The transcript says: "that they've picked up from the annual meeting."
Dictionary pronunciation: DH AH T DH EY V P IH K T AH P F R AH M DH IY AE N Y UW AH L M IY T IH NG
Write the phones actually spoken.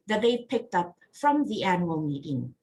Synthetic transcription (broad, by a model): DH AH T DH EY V P IH K T AH P F R AH M DH IY AE N Y UW AH L M IY T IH NG